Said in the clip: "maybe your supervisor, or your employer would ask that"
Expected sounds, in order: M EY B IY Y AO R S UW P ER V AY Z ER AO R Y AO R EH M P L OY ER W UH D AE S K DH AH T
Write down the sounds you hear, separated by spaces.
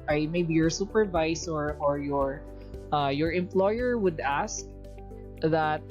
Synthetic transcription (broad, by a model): M EY B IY Y AO R S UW P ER V AY S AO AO R Y AO R EH M P L OY ER W UH D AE S K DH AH T